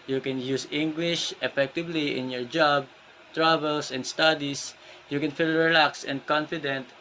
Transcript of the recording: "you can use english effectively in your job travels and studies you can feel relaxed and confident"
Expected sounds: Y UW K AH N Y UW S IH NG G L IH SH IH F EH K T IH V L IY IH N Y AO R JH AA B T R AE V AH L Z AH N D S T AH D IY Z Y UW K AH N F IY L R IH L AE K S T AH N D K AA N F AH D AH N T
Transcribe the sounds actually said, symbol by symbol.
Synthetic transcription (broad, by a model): Y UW K AH N Y UW S IH NG G L IH SH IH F EH K T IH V L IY IH N Y AO R JH AA B T R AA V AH L S AH N D S T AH D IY S Y UW K AH N F IY L R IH L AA K S AH N D K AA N F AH D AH N T